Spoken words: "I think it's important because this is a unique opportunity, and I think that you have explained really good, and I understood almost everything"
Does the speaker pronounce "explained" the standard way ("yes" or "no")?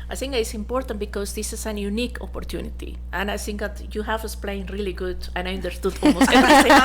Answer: no